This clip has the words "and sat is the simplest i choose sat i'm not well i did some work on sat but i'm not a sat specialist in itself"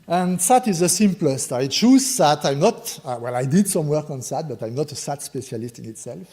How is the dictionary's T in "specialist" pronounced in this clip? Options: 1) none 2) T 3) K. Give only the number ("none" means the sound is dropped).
2